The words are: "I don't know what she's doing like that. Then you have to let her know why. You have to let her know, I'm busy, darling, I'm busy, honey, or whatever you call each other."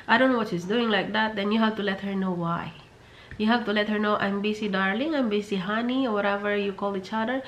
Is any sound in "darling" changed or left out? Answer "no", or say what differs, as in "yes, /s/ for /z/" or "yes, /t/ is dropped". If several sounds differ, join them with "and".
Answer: no